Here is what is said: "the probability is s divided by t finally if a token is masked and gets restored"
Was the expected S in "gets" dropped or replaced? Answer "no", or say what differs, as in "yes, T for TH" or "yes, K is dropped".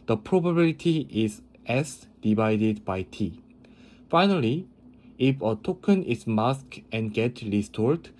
yes, S is dropped